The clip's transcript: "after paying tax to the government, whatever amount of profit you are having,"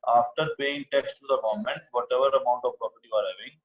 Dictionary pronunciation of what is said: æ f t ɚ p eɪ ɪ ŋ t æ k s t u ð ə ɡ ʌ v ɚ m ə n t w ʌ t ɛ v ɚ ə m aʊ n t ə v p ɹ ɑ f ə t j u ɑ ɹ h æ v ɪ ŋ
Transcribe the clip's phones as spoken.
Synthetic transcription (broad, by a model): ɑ f t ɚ p eɪ ɪ ŋ t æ k s t u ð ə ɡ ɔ m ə n t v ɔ t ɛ v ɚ ə m aʊ n t ə v p ɹ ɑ p ə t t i ɑ ɹ h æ v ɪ ŋ